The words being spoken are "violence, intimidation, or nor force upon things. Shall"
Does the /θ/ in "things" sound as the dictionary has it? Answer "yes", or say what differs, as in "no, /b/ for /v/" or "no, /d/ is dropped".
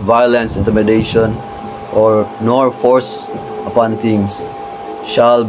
no, /t/ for /θ/